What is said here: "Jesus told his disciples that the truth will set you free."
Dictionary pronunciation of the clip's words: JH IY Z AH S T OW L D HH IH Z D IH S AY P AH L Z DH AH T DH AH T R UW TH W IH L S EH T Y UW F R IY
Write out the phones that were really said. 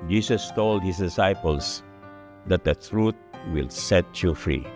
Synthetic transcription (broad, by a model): JH IY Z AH S T OW L D HH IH S D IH S AY P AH L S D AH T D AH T R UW T W IH L S EH T Y UW F R IY